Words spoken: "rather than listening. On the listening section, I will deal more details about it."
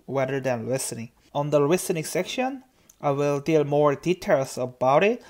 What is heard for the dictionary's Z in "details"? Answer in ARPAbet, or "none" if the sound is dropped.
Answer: S